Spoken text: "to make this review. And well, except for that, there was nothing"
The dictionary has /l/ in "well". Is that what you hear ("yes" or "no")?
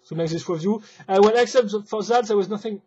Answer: no